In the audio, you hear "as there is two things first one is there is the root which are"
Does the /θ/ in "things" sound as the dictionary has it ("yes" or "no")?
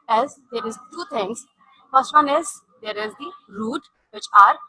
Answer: no